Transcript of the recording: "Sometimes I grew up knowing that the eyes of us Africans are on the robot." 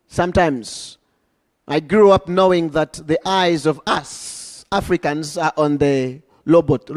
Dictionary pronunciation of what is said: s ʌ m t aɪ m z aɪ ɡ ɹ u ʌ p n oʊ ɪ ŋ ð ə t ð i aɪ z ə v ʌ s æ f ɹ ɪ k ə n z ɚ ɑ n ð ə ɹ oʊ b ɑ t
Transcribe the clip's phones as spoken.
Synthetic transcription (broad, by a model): s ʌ m t aɪ m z aɪ ɡ ɹ u ʌ p n oʊ ɪ ŋ ð ə t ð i aɪ z ə v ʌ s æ f ɹ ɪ k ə n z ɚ ɑ n ð ə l oʊ b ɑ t